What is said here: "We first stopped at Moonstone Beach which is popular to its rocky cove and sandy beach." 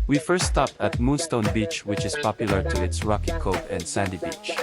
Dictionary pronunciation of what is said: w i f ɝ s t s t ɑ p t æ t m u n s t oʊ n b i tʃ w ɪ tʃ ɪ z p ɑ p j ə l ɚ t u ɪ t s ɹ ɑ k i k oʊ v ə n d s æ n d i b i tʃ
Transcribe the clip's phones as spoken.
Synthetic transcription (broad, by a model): w i f ɝ s t s t ɑ p t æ t m u n s t oʊ n b i tʃ w ɪ tʃ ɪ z p ɑ p j ə l ɚ t u ɪ t s ɹ ɑ k i k oʊ p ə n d s æ n d i b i tʃ